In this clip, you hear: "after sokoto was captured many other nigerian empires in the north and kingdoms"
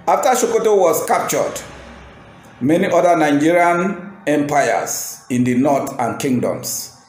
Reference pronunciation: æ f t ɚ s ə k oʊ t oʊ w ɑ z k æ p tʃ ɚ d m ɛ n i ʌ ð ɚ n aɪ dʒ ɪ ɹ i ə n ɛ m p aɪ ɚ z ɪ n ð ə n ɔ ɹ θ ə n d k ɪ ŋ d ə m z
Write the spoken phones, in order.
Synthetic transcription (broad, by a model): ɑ f t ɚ ʃ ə k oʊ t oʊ w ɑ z k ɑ p tʃ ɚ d m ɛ n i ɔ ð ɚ n aɪ dʒ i ɹ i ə n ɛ m p aɪ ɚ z ɪ n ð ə n ɔ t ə n k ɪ ŋ d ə m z